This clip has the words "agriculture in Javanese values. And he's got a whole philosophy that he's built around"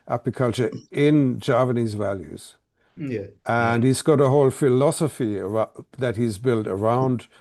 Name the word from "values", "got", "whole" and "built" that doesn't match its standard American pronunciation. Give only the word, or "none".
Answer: none